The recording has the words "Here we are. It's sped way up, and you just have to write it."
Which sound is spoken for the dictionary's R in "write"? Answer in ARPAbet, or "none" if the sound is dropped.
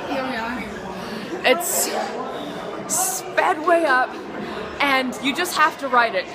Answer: R